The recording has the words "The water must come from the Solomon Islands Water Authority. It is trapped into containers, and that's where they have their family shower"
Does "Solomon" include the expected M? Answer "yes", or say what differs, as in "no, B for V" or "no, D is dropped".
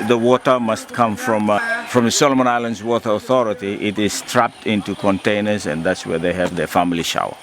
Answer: yes